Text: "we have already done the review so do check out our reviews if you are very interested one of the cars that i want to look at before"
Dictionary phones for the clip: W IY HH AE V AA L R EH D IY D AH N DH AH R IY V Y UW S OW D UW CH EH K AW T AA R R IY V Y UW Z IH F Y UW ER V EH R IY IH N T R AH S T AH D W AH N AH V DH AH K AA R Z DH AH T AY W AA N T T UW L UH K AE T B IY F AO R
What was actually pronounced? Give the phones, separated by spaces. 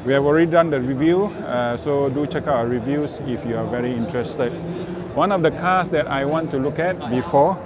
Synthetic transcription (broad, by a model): W IY HH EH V AA L R EH D IY D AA N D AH R IY V Y UW S OW D UW CH EH K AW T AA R R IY V Y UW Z IH F Y UW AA V EH R IY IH N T R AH S T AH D W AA N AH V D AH K AA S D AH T AY W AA N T T UW L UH K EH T B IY F AO